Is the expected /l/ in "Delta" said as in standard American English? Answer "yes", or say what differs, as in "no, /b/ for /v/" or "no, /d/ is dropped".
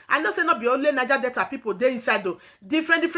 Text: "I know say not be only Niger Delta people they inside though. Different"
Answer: no, /l/ is dropped